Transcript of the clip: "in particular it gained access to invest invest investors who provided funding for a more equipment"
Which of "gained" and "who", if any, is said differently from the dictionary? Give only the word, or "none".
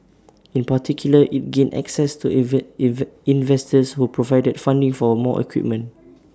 gained